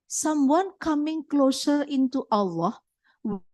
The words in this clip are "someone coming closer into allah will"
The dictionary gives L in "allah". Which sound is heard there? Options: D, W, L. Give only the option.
L